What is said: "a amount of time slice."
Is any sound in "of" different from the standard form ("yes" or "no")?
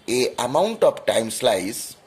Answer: yes